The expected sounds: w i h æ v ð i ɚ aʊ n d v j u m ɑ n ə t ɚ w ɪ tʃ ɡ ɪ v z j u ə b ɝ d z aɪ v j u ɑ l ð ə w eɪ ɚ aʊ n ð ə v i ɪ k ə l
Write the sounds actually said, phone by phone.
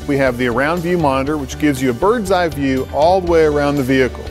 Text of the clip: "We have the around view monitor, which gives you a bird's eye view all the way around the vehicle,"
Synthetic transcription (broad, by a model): w i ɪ v ð i ɚ aʊ n d v j u m ɑ n ə t ɚ w ɪ tʃ ɡ ɪ v z j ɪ ə b ɝ d z aɪ v j u ɑ l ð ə w eɪ ɚ aʊ n ð ə v i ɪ k l